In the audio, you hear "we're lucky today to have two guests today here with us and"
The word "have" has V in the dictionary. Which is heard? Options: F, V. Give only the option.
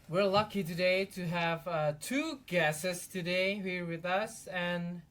V